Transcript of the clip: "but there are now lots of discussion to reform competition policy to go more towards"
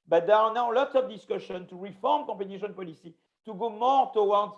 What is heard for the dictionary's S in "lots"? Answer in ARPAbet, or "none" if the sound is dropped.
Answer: S